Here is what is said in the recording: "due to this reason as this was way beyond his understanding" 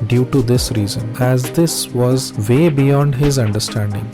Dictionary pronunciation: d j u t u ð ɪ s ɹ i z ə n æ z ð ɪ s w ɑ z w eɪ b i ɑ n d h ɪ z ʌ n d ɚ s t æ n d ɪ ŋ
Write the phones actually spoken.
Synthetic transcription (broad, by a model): d j u t u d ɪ s ɹ i z ə n æ z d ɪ s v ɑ z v eɪ b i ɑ n d h ɪ z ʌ n d ɚ s t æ n d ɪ ŋ